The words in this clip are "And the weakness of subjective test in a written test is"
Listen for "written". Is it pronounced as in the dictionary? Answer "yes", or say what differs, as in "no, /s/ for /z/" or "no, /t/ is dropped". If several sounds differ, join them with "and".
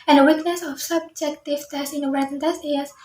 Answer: no, /w/ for /ɹ/